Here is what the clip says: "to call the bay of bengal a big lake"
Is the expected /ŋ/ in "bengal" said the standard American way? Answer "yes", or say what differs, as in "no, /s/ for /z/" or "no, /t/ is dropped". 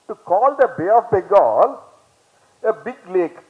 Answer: no, /ŋ/ is dropped